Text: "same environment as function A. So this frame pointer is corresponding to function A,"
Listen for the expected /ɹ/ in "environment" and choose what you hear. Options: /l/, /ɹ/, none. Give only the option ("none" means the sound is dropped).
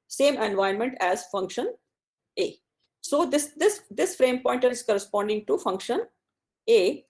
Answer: none